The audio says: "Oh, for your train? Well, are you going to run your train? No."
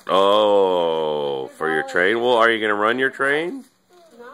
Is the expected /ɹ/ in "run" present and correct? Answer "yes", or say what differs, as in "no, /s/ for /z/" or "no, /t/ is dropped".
yes